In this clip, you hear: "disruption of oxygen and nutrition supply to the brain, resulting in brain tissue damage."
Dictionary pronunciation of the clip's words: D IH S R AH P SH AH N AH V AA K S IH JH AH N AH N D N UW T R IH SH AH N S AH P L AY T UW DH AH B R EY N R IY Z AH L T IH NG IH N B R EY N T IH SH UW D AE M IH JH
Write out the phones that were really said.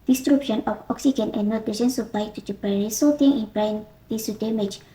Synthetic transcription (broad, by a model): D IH S R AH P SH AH N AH F AA K S IH JH AH N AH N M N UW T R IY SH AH N S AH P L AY T UW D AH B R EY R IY S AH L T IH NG IH N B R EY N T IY S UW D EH M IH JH